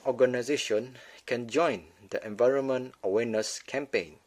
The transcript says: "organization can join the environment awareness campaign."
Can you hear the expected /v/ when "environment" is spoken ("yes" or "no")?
yes